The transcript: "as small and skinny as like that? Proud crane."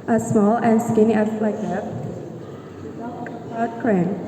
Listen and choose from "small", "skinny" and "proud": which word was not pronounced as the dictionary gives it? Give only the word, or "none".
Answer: proud